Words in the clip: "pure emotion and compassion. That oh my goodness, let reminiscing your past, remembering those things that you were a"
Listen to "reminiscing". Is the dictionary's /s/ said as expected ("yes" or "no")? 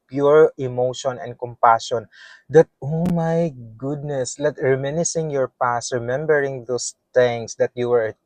yes